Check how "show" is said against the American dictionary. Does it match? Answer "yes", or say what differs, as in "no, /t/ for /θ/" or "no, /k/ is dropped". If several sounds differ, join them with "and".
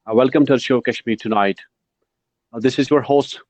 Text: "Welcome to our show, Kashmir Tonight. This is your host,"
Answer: yes